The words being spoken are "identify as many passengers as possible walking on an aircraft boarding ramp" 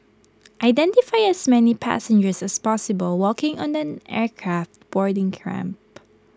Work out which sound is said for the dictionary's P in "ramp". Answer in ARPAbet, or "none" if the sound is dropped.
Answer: P